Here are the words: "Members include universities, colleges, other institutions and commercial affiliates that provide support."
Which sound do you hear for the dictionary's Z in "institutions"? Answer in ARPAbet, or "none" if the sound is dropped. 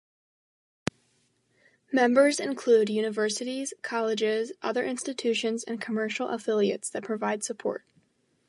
Z